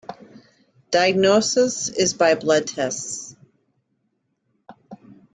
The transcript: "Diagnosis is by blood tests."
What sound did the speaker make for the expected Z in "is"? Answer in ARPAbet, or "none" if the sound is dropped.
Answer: Z